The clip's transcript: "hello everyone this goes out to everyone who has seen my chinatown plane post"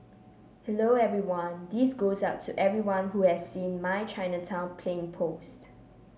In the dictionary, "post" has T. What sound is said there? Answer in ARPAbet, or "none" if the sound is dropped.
T